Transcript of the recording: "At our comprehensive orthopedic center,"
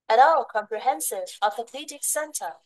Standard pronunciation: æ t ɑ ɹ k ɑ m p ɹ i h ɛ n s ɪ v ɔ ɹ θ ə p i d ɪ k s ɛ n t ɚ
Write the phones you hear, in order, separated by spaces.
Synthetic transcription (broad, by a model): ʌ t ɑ l k ɑ m p ɹ i h ɛ n s ɪ v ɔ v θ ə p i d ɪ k s ɛ n t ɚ